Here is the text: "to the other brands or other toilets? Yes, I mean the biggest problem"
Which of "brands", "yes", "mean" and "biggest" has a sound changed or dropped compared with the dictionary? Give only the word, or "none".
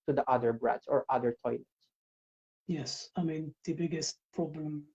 brands